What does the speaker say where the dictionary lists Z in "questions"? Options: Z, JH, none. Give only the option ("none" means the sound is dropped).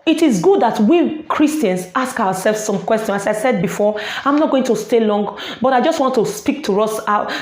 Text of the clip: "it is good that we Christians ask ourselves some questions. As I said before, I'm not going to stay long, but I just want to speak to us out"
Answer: none